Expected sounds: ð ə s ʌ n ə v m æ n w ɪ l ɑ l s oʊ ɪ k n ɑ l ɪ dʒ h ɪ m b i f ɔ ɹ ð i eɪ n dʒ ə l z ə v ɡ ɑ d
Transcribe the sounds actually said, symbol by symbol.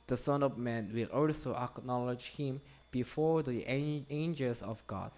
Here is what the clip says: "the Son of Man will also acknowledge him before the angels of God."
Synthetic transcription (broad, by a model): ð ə s ʌ n ə v m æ n w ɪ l ɑ l s oʊ ɪ k n ɑ l ɪ dʒ h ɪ m b i f ɔ ɹ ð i eɪ n dʒ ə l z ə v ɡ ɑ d